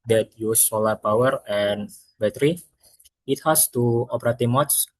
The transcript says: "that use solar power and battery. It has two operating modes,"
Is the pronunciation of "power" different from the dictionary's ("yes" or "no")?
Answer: no